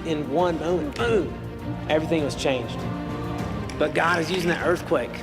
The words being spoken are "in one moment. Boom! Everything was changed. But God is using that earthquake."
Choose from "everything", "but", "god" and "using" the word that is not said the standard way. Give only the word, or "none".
none